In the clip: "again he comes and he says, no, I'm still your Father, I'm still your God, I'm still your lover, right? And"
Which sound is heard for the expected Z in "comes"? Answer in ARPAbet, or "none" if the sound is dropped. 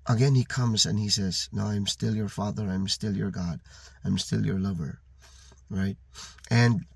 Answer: Z